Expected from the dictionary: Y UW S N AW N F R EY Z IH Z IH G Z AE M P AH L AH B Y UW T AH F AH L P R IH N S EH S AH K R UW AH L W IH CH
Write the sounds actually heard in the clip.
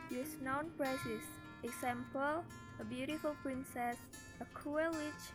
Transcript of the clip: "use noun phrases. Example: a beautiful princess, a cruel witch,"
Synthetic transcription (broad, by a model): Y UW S N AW N P R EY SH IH S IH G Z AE M P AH L AH B Y UW T AH F AH L P R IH N S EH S AH K UW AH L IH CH